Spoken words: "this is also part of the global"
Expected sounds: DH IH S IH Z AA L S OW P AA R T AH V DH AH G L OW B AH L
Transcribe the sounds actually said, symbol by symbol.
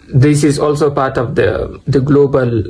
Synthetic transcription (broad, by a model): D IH S IH Z AA L S OW P AA R T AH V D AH G L OW B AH L